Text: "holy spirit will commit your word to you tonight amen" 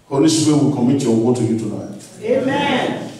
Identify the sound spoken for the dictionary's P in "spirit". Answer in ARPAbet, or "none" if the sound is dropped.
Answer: none